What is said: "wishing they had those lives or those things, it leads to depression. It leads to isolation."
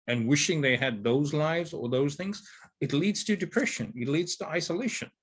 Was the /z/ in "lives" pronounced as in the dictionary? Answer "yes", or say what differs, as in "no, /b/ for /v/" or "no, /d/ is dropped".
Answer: yes